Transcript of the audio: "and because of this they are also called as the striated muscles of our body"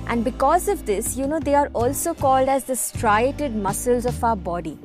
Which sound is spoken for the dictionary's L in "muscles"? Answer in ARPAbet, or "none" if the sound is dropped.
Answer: L